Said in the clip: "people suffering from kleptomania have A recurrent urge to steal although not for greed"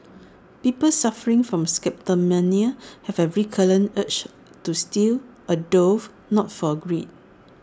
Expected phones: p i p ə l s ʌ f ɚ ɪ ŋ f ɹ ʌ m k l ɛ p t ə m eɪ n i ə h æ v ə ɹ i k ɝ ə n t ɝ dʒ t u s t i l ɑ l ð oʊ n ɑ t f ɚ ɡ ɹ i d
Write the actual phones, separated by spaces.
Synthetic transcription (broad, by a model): p i p ə l s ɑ f ɚ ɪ ŋ f ɹ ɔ m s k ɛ p t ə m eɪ n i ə h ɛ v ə ɹ i k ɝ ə n ɝ tʃ t u s t i l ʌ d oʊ n ɑ t f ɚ ɡ ɹ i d